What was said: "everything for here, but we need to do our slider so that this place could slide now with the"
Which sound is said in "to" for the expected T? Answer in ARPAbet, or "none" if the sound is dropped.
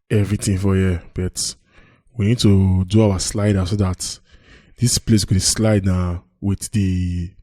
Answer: T